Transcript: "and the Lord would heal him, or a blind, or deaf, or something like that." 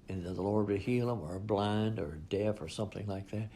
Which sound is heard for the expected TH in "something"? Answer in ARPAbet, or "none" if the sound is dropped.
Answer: TH